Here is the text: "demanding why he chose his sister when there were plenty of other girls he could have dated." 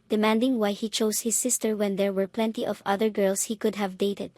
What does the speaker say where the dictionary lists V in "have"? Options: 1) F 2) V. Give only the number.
2